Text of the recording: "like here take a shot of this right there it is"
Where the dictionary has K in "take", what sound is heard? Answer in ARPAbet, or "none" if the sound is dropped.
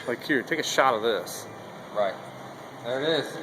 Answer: K